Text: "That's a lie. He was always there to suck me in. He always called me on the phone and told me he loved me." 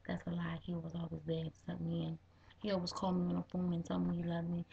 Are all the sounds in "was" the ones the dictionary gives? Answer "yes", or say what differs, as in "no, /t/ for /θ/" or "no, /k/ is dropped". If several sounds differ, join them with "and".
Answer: yes